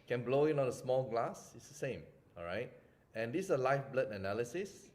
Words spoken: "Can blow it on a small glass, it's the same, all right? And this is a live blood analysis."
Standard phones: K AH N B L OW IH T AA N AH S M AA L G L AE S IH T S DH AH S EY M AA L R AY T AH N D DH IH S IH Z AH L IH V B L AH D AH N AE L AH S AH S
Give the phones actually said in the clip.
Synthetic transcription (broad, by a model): K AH N B L OW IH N AA N AH S M AA L G L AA S IH T S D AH S EY M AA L R AY T AH N D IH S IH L AH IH F B L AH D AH N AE L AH S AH S